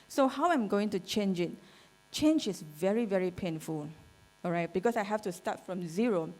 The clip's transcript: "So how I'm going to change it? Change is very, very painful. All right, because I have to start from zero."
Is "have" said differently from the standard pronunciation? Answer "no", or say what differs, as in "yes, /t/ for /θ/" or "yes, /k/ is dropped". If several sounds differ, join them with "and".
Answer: yes, /f/ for /v/